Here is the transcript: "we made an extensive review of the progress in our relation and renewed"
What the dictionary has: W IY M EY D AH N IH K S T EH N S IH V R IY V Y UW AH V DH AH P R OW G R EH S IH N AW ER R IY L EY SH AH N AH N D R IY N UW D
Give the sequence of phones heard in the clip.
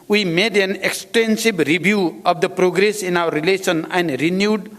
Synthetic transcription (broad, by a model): W IY M EY D AH N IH K S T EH N S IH B R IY B Y UW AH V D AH P R OW G R EH S IH N AW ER R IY L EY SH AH N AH N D R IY N UW D